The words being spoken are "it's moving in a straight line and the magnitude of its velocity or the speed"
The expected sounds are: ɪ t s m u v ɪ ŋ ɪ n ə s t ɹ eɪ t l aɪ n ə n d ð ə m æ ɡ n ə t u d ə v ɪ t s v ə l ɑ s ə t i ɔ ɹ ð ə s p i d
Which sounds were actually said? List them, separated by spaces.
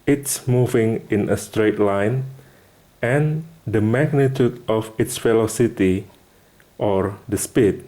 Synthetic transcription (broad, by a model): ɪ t s m u v ɪ ŋ ɪ n ə s t ɹ eɪ t l aɪ n ə n d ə m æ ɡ n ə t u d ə f ɪ t s f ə l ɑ s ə t i ɔ ɹ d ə s p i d